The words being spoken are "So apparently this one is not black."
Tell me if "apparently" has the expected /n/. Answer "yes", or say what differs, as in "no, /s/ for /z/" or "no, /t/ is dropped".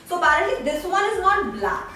no, /n/ is dropped